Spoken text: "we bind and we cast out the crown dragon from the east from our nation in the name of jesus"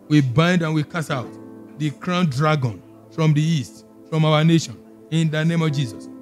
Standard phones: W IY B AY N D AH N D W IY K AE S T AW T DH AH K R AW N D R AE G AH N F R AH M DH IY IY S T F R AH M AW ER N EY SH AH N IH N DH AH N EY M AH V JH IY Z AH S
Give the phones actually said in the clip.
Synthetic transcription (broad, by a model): W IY B AY N D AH N W IY K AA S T AW T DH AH K R AW N D R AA G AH N F R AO M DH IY IY S T F R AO M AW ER N EY SH AH N IH N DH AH N EY M AH V JH IY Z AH S